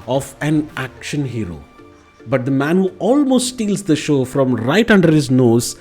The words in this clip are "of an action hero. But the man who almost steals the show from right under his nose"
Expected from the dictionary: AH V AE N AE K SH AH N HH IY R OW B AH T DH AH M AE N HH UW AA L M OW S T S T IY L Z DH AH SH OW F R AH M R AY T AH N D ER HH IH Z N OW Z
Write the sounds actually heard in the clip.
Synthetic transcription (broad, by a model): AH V AE N AE K SH AH N HH IY R OW B AH T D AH M AE N HH UW AA L M OW S T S T IY L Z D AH SH OW F R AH M R AY T AH N D ER HH IH Z N OW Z